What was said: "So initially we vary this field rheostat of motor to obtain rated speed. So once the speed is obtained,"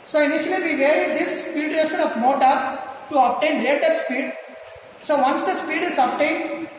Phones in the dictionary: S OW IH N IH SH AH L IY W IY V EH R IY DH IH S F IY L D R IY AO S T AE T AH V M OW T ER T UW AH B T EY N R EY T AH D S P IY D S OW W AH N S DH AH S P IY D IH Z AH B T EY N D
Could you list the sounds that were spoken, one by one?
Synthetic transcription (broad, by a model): S OW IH N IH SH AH L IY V IY V EH R IY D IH S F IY L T R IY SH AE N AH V M OW T ER T UW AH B T EY N L EY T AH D S P IY D S OW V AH N S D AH S P IY D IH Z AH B T EY N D